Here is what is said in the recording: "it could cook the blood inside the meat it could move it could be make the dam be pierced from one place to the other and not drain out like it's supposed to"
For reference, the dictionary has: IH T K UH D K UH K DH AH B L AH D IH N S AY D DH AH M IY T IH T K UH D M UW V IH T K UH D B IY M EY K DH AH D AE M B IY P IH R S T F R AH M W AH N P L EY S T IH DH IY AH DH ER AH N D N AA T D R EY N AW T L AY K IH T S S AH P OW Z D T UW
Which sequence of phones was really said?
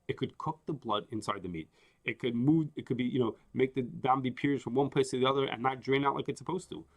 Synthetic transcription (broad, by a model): IH T K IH D K UH K DH AH B L AH D IH N S AY D DH AH M IY T IH T K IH D M UW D IH T K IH D B IY M EY K DH AH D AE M B IY P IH R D F R AH M W AH N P IH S T IH DH IY AH DH ER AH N N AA T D R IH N AW T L AY K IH T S S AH P OW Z T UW